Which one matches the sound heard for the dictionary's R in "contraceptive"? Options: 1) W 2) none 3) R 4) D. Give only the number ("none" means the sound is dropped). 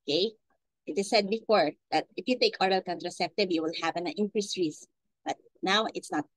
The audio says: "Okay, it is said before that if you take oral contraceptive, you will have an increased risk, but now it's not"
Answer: 3